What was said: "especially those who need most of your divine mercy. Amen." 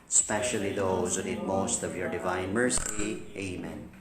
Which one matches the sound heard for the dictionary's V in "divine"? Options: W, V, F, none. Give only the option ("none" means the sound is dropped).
V